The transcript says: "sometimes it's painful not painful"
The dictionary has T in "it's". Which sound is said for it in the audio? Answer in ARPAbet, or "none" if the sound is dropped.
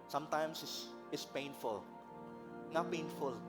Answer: S